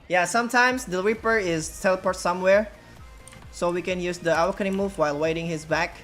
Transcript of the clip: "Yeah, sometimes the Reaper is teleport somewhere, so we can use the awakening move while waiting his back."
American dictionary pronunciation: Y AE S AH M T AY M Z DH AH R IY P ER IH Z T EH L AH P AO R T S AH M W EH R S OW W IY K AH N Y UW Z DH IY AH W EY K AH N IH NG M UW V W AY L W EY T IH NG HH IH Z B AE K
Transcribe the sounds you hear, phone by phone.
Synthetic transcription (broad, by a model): Y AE S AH M T AY M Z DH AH R IY P ER IH Z T EH L AH P AO R T S AH M W EH R S OW W IY K AH N Y UW Z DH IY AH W K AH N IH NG M UW V W AY L W EY T IH NG HH IH Z B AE K